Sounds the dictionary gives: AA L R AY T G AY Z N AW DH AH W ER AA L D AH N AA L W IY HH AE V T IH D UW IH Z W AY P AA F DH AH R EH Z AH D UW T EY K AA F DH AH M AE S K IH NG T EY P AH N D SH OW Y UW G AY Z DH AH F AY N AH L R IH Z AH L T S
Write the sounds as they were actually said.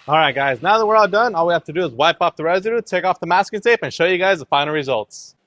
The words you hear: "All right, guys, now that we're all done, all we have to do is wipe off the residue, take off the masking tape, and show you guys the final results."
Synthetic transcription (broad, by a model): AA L R AY T G AY Z N AW DH AH W ER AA D AH N AA L W IY HH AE F T IH D UW IH Z W AY P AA P DH AH R EH Z AH D UW T EY K AA F DH AH M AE S K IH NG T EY P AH N SH OW Y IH G AY Z DH AH F AY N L R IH Z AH L T S